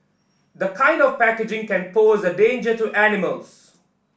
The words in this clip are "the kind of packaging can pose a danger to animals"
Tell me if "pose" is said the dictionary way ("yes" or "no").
yes